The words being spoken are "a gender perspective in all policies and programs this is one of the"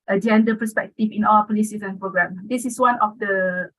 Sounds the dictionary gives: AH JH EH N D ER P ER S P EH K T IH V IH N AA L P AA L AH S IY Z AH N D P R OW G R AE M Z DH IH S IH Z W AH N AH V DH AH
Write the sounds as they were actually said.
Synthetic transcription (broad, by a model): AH JH EH N D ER P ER S P EH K T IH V IH N AA W P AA L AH S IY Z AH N P R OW G R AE M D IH S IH S W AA N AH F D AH